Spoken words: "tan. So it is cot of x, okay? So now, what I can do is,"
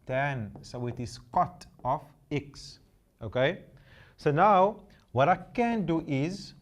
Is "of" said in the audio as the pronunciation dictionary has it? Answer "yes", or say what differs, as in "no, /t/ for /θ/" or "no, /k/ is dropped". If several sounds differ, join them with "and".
no, /f/ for /v/